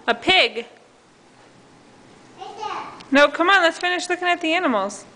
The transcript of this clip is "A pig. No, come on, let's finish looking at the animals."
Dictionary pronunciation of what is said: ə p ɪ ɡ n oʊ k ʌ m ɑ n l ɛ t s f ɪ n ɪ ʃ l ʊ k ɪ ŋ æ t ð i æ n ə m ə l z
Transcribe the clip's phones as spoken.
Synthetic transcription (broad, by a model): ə p ɪ ɡ n oʊ k ʌ m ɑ n l ɛ t s f ɪ n ɪ ʃ l ʊ k ɪ ŋ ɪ t ð i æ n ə m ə l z